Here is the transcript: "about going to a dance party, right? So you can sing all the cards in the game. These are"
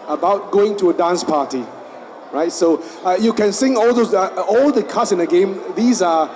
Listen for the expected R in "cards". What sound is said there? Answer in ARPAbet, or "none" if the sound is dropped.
L